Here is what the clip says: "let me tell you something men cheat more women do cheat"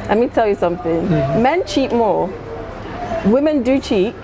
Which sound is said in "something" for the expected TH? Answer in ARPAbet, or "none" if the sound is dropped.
TH